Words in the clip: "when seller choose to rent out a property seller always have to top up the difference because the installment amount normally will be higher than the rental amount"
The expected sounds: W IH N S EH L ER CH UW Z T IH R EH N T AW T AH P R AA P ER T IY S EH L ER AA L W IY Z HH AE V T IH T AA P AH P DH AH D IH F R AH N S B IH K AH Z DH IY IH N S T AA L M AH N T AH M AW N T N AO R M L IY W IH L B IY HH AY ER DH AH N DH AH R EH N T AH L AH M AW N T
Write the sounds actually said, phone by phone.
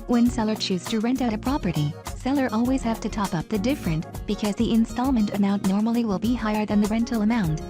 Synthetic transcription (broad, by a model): W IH N S EH L ER CH UW Z T IH R EH N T AW T AH P R AA P ER T IY S EH L ER AA L W IY Z HH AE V T IH T AA P AH P DH AH D IH F R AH N B IH K AH Z DH IY IH N S T AA L M AH N T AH M AW N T N AO R M L IY W IH L B IY HH AY ER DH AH N DH AH R EH N T L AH M AW N T